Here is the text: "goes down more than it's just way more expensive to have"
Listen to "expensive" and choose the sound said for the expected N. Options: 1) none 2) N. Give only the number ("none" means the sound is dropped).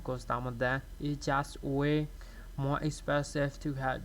1